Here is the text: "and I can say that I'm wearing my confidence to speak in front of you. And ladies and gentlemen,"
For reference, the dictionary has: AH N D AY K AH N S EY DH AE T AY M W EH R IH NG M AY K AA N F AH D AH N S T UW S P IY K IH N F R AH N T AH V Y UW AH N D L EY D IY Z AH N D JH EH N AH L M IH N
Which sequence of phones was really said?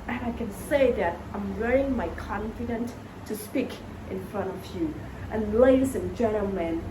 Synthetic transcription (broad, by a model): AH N AY K AH N S EY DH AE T AY M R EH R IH NG M AY K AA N F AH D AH N T UW S P IY K IH N F R AH N T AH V Y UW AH N L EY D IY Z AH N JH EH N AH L M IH N